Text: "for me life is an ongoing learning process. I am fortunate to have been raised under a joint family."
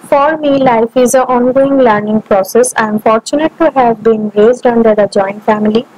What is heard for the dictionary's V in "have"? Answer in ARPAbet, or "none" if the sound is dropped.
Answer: V